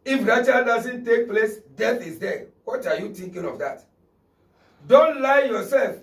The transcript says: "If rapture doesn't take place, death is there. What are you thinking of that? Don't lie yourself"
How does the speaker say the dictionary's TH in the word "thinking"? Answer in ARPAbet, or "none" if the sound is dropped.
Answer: T